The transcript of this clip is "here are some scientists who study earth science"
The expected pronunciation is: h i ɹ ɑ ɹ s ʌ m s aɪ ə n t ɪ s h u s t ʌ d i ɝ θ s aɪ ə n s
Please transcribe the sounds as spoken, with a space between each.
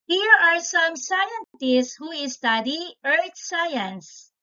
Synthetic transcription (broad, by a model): h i ɹ ɑ ɹ s ʌ m s aɪ ə n t ɪ s h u s t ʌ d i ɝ t s aɪ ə n s